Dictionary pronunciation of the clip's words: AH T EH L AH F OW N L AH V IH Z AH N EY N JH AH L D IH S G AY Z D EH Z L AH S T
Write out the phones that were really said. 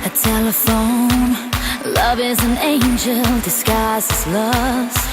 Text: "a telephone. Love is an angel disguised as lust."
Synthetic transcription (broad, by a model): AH T EH L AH F OW N L AH V IH Z AH N EY N JH AH L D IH S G AY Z IH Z L AH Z